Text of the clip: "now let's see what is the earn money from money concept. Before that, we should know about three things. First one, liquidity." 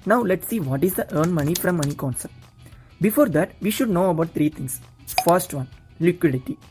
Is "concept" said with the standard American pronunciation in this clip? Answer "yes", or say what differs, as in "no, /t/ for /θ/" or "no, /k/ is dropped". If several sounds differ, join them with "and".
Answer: no, /p/ is dropped